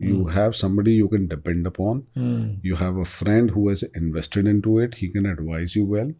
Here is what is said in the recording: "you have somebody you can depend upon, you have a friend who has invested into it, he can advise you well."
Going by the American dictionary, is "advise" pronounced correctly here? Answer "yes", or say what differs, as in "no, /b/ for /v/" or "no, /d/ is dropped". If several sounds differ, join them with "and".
yes